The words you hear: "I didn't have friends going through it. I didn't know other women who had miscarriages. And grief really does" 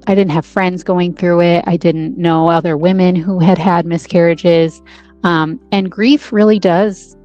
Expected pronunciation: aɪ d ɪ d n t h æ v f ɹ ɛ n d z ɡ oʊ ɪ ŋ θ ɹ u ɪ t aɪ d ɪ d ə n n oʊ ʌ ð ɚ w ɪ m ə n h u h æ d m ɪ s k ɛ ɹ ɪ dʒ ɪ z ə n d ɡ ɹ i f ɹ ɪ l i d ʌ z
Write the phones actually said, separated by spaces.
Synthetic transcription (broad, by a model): aɪ d ɪ d n t h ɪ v f ɹ ɛ n d z ɡ oʊ ɪ ŋ θ ɹ u ɪ t aɪ d ɪ d n n oʊ ʌ ð ɚ w ɪ m ə n h u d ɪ d m ɪ s k ɛ ɹ ɪ dʒ ɪ z ə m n ɡ ɹ i f ɹ ɪ l i d ʌ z